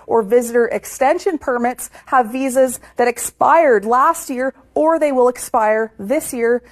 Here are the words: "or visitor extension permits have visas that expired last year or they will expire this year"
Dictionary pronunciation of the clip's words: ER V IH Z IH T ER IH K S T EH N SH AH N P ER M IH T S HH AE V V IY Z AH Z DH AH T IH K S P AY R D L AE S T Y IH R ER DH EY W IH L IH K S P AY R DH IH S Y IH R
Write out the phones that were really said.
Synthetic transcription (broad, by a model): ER V IH Z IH T ER IH K S T EH N SH AH N P ER M IH T S HH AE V V IY Z AH Z DH AH T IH K S P AY R D L AE S T Y IH R ER DH EY W IH L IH K S P AY R DH IH S Y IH R